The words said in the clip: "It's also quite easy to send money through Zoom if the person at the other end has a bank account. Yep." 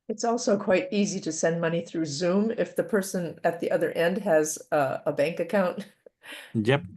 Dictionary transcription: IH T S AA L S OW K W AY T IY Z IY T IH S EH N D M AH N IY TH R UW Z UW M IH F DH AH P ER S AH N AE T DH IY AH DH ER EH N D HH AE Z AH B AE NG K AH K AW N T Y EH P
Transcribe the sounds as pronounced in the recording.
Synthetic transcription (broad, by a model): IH T S AA L S OW K W AY T IY Z IY T IH S EH N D M AH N IY TH R UW Z UW M IH F DH AH P ER S AH N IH T DH IY AH DH ER EH N D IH Z AH B AE NG K AH K AW N T Y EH P